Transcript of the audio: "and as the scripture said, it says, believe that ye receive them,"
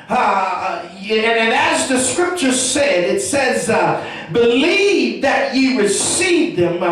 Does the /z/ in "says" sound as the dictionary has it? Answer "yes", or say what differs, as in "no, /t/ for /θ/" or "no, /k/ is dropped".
yes